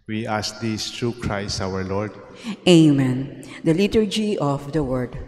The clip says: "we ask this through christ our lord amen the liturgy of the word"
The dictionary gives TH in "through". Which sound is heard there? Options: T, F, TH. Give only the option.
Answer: T